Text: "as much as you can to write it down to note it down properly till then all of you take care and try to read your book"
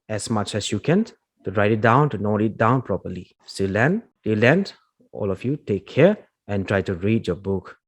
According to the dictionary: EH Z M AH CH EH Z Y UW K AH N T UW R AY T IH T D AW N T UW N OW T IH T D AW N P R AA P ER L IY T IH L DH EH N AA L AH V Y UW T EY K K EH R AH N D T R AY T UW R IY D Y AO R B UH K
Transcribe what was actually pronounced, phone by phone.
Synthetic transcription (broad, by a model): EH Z M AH CH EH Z Y UW K AH N T UW R AY T IH T D AW N T UW N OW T IH T D AW N P R AA P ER L IY S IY L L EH N AA L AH F Y UW T EY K K EH R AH N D T R AY T UW R IY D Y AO B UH K